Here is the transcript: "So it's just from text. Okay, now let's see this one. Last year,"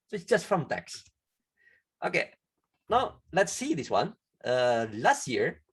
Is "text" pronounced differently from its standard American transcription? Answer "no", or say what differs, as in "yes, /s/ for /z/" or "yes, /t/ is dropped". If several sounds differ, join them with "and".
no